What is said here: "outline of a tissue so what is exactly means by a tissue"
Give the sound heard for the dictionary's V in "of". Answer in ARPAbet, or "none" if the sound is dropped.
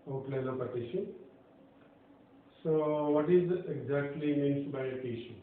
P